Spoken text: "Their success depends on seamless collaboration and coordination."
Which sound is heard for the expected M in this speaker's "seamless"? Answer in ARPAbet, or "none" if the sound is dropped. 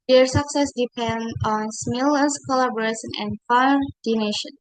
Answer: none